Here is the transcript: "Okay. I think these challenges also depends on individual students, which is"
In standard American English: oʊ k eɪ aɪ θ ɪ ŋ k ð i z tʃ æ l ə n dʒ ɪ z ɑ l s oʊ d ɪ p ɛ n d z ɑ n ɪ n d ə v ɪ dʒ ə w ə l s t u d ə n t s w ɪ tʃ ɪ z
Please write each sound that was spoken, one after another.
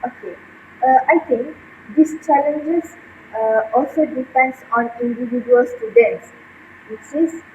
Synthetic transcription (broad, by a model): oʊ k eɪ aɪ t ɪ ŋ k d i s tʃ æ l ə n dʒ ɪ s ɑ l s oʊ d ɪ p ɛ n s ɑ n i n d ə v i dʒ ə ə l s t u d ə n t s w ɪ s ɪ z